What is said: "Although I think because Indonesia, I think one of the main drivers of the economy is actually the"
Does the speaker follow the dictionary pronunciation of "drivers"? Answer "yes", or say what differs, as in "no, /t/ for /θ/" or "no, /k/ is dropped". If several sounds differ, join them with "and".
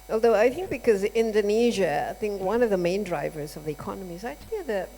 yes